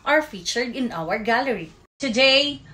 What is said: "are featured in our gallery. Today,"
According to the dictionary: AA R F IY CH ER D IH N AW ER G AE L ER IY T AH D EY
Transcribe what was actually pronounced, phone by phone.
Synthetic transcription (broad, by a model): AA R F IY CH ER D IH N AW ER G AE L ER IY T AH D EY